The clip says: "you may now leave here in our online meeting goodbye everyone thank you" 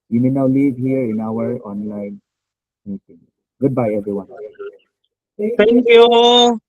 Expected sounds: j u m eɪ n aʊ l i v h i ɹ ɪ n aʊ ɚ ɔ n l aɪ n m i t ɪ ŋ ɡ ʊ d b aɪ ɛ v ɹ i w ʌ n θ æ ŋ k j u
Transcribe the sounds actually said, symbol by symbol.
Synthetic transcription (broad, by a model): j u m eɪ n aʊ l i v h i ɹ ɪ n aʊ ɚ ɔ n l aɪ n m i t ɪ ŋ ɡ ʊ d b aɪ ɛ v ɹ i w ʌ n t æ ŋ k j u